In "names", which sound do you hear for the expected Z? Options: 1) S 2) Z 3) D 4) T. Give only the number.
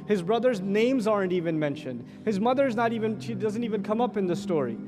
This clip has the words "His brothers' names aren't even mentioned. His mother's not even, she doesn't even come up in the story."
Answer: 2